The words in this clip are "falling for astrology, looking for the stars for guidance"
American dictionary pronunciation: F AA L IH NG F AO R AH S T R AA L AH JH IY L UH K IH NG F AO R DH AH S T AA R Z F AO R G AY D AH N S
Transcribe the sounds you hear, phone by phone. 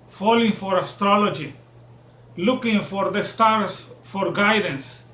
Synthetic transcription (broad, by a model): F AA L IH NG F AO R AH S T R AA L AH JH IY L UH K IH NG F AO R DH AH S T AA R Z F AO R G AY D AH N S